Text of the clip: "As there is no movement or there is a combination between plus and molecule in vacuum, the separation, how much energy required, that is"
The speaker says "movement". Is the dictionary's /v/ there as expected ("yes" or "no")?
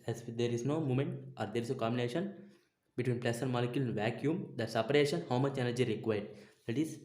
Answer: no